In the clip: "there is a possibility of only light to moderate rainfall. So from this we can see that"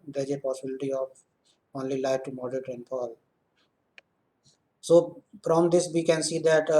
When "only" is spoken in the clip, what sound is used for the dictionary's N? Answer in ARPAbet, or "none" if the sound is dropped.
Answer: N